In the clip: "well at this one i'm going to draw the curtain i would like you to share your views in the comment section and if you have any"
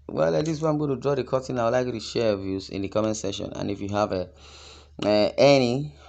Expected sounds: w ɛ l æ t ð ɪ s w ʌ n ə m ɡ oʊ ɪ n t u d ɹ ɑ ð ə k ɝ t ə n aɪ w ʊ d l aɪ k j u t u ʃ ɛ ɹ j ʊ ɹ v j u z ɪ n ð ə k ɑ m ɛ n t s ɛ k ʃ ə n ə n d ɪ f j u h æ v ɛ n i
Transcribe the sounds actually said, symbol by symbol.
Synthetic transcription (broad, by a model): w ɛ l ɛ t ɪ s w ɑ ə m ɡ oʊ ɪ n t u d ɹ ɑ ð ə k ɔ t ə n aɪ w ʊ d l aɪ k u t u ʃ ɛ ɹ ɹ v j u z ɪ n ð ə k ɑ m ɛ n s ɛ ʃ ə n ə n ɪ f j u h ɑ v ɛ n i